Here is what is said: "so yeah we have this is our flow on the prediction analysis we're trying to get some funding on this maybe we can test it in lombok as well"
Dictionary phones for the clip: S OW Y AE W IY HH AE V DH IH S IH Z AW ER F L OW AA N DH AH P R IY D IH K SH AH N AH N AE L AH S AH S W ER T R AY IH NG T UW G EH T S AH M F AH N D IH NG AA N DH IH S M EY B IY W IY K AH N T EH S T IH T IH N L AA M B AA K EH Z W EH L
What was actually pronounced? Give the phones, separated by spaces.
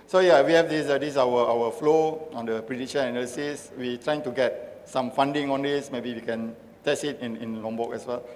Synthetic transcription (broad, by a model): S OW Y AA W IY HH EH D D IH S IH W AW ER F L OW AA N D AH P R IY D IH SH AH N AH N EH L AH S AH S W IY T R AY IH NG T UW G EH T S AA M F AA N D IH NG AA N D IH S M EY B IY W IY K AH N T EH S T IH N IH N L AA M B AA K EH S W EH L